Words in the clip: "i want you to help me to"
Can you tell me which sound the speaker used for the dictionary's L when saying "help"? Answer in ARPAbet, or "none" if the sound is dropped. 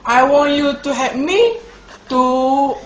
none